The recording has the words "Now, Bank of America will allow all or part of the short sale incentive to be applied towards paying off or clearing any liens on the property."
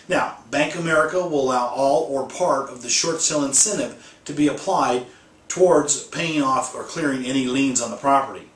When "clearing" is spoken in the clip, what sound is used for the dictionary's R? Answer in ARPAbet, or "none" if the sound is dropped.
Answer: R